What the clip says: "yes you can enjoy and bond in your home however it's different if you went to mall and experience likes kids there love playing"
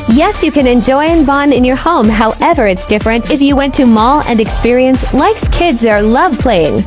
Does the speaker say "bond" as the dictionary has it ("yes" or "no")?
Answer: no